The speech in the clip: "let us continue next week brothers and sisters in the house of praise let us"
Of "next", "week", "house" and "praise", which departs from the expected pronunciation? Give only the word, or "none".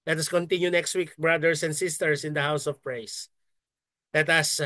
praise